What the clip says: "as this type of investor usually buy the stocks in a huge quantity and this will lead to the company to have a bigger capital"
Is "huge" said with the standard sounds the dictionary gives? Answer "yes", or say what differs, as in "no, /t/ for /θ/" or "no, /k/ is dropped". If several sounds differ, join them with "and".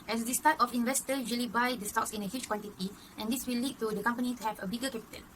no, /tʃ/ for /dʒ/